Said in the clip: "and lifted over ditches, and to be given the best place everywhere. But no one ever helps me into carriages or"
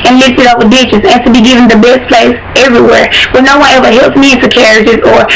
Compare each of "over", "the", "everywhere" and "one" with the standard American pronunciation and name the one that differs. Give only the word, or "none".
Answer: over